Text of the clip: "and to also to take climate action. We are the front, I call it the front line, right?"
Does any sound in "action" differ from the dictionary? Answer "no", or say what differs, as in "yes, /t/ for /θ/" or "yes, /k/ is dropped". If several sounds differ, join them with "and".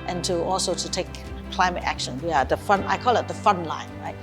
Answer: no